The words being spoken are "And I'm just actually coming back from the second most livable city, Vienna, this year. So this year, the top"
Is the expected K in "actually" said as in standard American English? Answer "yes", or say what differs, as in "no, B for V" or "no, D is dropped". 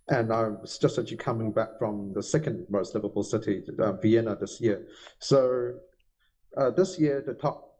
no, K is dropped